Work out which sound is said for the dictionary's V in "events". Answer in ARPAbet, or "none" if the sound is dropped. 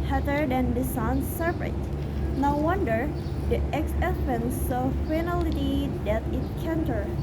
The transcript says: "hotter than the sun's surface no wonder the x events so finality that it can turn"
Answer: F